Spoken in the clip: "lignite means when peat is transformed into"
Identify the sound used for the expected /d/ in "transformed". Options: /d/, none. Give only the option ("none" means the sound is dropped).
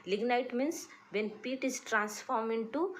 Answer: none